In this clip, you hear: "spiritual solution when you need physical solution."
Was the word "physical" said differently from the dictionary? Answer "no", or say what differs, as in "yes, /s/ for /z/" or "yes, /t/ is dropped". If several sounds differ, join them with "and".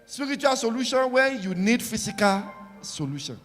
yes, /s/ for /z/